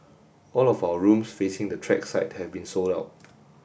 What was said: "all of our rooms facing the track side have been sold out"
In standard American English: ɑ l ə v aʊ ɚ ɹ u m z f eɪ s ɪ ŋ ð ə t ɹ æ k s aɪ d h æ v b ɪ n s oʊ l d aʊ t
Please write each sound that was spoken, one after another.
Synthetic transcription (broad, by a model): ɑ l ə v aʊ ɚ ɹ u m s f eɪ s ɪ ŋ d ə t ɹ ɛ k s aɪ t h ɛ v b ɪ n s oʊ l d aʊ t